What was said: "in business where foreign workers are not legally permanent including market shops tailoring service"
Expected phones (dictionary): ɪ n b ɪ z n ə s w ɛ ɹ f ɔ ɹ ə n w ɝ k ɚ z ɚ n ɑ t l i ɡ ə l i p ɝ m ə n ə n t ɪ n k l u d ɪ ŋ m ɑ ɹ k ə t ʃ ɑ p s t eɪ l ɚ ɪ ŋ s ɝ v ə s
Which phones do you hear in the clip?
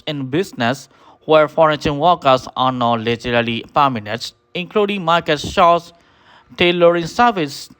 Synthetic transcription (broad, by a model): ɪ n b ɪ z n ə s w ɛ ɹ f ɔ ɹ ə n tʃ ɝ k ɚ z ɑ n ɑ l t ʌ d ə l i p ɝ m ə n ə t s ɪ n k l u d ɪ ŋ m ɑ ɹ k ə t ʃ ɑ s t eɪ l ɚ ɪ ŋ s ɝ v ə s